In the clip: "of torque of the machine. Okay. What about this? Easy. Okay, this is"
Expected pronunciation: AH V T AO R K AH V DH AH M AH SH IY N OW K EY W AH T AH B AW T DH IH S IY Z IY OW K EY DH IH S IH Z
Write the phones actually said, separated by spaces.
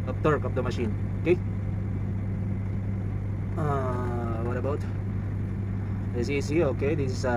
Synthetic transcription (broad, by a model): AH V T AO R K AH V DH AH M AH SH IY N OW K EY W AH T AH B AW T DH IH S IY S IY OW K EY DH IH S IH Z